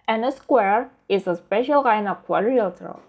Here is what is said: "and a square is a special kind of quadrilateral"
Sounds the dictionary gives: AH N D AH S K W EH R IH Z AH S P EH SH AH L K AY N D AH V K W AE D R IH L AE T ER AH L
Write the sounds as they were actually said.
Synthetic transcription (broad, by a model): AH N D AH S K W EH R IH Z AH S P EH SH AH L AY N AH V K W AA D R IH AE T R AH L